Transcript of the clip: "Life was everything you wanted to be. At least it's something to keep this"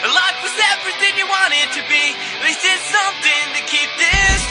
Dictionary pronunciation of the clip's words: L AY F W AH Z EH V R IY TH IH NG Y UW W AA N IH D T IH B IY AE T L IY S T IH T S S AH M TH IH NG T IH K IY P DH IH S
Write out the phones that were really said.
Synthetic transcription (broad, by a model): L AY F W AH Z EH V R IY TH IH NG Y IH W AA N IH D T IH B IY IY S IH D S AH M TH IH NG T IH K IY P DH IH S